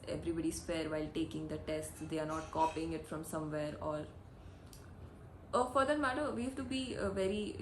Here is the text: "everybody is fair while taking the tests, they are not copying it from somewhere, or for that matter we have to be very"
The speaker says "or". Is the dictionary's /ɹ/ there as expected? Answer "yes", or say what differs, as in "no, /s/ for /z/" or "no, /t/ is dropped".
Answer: no, /l/ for /ɹ/